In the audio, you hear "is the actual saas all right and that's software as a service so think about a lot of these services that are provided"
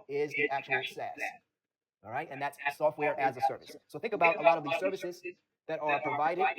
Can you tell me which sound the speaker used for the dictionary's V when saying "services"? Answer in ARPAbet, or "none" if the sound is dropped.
V